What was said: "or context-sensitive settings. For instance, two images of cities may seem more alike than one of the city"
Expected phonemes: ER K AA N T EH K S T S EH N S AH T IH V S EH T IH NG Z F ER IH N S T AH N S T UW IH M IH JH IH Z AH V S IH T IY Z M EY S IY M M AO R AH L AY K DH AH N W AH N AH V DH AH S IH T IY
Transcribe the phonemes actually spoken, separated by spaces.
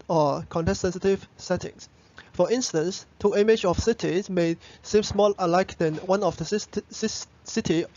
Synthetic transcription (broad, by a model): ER K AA N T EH S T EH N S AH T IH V S EH T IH NG S F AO IH N S T AH N S T UW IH M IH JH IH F S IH T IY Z M EY S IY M M AO L AH L AY K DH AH N W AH N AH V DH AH S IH T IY